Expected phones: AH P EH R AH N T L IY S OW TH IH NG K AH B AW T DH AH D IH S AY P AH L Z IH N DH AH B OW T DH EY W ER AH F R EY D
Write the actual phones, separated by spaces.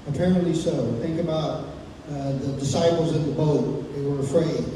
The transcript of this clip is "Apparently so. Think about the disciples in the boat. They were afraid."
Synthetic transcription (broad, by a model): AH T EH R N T L IY S OW TH IH NG K AH B AW T DH AH D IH S AY P L Z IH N DH AH B OW T DH EY W ER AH F R EY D